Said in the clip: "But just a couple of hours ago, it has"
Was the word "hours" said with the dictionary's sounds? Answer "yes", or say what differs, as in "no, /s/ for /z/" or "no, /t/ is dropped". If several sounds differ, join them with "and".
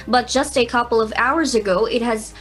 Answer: yes